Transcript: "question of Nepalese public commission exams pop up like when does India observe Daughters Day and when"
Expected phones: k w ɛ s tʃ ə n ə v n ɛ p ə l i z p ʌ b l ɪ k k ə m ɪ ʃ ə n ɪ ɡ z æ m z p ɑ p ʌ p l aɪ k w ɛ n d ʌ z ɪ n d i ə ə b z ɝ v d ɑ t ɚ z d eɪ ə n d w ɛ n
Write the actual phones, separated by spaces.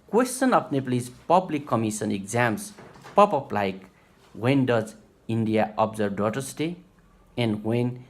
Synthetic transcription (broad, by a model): k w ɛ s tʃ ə n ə p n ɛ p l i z p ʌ b l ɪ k k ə m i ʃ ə n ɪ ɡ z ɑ m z p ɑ p ʌ p l aɪ k w ɛ n d ʌ z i n d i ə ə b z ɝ b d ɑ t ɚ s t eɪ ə n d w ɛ n